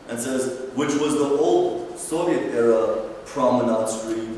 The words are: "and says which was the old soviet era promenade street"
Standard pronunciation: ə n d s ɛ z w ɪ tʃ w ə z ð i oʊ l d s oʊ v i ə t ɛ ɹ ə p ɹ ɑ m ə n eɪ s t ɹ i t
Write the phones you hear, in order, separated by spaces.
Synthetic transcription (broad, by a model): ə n s ɛ z w ɪ tʃ w ə z ð i oʊ l d s oʊ v i ə t ɛ ɹ ə p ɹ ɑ m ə n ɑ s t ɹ i